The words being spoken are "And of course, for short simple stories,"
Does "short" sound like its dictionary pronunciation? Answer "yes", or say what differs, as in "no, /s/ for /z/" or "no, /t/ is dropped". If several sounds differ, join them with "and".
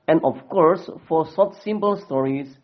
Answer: no, /s/ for /ʃ/